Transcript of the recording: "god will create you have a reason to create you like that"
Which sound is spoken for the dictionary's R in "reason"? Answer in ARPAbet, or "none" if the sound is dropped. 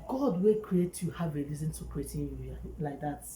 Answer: L